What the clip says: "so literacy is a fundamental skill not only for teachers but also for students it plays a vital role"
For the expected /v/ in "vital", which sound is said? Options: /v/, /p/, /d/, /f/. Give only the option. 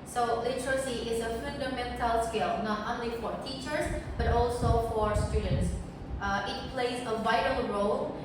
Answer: /v/